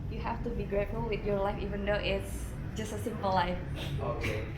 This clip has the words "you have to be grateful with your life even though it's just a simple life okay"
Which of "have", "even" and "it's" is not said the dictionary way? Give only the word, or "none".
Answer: have